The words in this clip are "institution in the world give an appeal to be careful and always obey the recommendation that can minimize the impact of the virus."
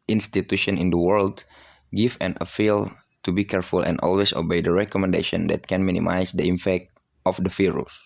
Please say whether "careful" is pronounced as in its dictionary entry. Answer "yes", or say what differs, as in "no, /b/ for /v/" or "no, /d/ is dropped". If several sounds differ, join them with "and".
yes